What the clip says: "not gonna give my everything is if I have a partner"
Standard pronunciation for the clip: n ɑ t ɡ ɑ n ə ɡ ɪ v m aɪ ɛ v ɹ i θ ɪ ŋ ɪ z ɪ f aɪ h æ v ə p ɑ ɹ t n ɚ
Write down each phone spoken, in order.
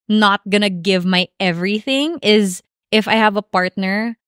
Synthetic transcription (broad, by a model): n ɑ t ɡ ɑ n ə ɡ ɪ v m aɪ ɛ v ɹ i θ ɪ ŋ ɪ z ɪ f aɪ h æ v ə p ɑ ɹ t n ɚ